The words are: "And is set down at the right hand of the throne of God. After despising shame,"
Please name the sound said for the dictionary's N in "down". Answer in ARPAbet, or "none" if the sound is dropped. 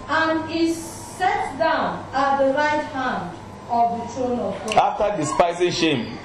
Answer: N